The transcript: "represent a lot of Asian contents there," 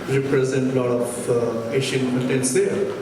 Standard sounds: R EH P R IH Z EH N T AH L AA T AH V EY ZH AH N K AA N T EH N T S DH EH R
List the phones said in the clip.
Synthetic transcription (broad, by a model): R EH P R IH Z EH N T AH L AA T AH P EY SH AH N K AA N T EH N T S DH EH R